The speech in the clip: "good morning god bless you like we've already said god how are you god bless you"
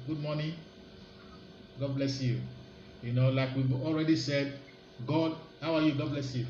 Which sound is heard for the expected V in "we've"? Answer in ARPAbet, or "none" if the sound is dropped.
B